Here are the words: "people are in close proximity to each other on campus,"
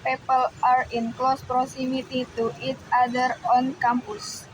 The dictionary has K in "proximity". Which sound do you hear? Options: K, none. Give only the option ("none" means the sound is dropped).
none